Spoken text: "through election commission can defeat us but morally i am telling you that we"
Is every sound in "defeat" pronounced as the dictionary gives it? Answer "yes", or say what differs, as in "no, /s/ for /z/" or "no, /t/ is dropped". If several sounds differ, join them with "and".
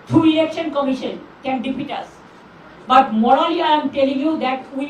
no, /p/ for /f/